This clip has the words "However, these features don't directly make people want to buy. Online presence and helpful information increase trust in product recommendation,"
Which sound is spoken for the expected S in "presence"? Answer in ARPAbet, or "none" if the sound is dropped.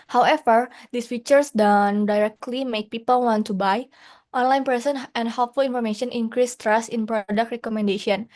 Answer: none